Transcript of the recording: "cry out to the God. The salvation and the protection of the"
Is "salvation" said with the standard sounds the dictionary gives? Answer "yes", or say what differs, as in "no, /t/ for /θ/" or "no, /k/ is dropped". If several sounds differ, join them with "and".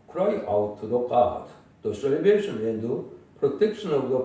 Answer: no, /b/ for /v/